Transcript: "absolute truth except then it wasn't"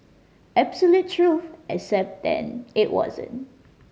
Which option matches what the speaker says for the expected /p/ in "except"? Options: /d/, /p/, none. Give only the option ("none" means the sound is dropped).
/p/